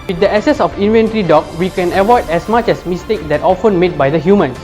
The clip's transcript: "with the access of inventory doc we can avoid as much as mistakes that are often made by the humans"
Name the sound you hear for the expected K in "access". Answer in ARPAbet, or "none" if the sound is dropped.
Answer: none